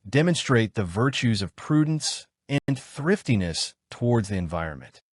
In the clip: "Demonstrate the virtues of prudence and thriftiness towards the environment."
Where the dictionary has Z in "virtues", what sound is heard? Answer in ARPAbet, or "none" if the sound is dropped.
Z